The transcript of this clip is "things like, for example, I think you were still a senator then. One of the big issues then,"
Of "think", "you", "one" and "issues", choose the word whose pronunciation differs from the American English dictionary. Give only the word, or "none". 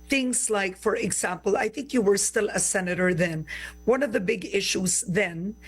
issues